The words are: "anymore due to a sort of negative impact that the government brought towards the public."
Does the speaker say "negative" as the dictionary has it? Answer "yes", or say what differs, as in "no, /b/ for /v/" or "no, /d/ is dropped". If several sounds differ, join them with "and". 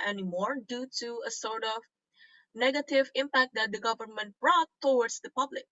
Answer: yes